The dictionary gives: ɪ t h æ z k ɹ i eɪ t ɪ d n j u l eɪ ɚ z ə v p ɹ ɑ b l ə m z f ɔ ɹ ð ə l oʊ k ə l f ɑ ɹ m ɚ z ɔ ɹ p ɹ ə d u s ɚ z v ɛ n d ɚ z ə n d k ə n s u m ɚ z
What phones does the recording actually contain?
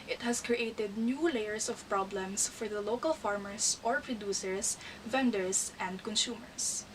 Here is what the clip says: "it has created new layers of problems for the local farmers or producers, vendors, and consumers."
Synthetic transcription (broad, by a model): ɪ t h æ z k ɹ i eɪ t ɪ d n j u l eɪ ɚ s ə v p ɹ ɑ b l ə m s f ɔ ɹ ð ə l oʊ k ə l f ɑ ɹ m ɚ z ɔ ɹ p ɹ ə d u s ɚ s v ɛ n d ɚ s ə n d k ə n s u m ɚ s